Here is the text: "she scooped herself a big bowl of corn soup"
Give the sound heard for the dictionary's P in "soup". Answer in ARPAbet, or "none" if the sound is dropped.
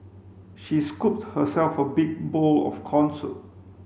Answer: none